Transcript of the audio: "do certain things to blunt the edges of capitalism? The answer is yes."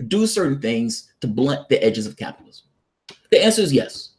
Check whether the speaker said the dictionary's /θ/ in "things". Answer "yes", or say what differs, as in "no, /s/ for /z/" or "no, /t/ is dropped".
yes